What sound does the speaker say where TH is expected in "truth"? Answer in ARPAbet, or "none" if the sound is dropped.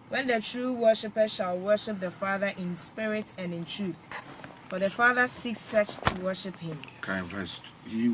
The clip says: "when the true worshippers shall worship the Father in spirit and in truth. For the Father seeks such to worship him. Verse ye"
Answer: TH